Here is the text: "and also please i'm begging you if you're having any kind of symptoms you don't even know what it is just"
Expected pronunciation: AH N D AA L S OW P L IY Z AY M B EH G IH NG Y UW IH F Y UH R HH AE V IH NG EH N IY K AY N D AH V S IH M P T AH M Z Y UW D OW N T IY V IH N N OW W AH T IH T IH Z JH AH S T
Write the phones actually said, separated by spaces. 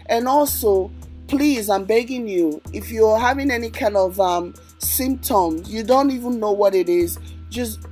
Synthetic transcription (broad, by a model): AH N AA L S OW P L IY Z AY M B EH G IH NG Y UW IH F Y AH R HH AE V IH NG EH N IY K AY N D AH V S IH M P T AH M Z Y UW D OW N T IY V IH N N OW W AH T IH T IH Z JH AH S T